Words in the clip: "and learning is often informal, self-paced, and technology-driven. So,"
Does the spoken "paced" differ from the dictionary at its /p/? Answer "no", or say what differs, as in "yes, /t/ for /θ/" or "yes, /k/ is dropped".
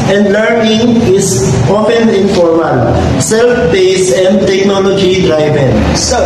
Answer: yes, /b/ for /p/